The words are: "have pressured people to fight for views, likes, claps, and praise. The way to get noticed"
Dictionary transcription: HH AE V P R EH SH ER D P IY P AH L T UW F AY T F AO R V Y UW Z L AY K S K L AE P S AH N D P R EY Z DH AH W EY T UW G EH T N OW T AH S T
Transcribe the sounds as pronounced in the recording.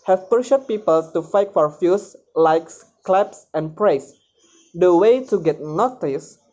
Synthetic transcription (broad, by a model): HH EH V P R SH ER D P IY P AH L T UW F AY T F AO R F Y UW S L AY K S K L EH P S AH N P R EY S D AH W EY T UW G EH T N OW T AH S